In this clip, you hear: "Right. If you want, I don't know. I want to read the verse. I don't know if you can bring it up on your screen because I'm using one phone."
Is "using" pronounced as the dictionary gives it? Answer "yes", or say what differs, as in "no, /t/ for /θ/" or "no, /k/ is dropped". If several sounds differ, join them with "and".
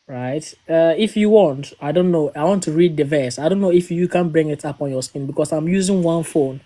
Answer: yes